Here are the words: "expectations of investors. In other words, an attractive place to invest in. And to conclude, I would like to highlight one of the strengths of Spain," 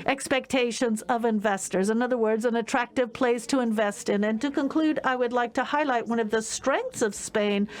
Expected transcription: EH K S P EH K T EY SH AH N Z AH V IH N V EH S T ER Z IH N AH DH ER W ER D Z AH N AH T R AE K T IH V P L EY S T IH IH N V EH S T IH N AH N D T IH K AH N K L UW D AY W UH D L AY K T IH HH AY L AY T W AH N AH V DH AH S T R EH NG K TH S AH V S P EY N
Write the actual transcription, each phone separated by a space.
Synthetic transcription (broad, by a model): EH K S P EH K T EY SH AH N Z AH V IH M V EH S T ER Z IH N AH DH ER W ER D Z AH N AH T R AE K T IH V P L EY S T IH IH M V EH S T IH N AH N T IH K AH N K L UW D AY W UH D L AY K T IH HH AY L AY T W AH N AH V DH AH S T R EH NG K TH S AH V S P EY N